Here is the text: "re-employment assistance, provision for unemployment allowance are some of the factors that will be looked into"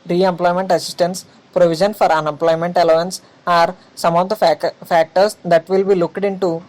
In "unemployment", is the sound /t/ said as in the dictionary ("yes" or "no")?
yes